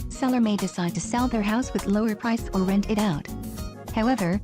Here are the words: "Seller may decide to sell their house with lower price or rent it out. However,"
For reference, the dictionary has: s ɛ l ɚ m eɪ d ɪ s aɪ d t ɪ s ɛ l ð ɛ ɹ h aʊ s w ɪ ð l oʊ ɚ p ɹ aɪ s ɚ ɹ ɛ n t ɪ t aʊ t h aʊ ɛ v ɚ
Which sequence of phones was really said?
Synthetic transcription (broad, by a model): s ɛ l ɚ m eɪ d ɪ s aɪ d t ɪ s ɛ l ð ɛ ɹ h aʊ s w ɪ ð l oʊ ɚ p ɹ aɪ s ɚ ɹ ɛ n t ɪ t aʊ t h aʊ ɛ v ɚ